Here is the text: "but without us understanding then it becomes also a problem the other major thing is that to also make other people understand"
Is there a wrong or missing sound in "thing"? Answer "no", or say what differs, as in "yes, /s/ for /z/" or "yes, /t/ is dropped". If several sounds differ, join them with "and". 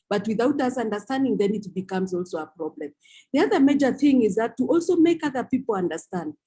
no